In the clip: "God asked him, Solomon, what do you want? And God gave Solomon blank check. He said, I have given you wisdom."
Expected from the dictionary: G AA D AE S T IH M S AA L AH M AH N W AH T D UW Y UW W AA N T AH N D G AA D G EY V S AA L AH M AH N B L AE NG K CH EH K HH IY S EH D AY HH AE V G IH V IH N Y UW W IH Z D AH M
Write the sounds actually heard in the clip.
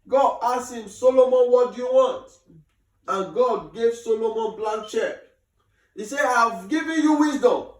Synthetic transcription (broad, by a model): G AA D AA S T IH M S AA L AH M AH N W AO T D UW Y UW W AA N T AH N G AA D G EY V S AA L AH M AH N B L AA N CH EH K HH IY S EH AY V G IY V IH N Y UW W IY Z D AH M